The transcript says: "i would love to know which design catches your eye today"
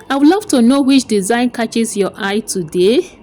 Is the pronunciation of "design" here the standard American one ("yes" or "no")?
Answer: yes